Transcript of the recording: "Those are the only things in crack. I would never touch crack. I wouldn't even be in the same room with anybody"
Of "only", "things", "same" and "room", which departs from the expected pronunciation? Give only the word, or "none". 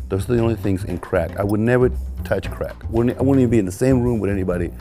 none